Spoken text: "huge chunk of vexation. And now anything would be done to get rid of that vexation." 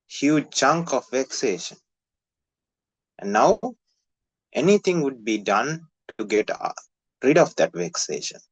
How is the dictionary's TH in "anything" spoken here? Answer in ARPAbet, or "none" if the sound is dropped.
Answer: T